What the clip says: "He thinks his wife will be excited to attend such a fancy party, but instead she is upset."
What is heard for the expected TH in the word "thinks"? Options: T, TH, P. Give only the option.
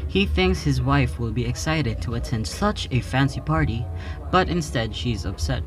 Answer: TH